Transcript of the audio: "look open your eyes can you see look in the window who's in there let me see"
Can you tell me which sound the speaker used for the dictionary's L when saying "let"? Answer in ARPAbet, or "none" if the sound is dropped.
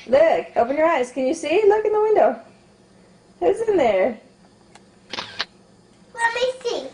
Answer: W